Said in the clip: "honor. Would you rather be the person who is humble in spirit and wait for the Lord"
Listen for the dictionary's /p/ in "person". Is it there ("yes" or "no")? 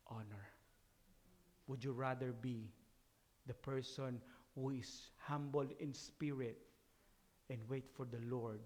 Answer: yes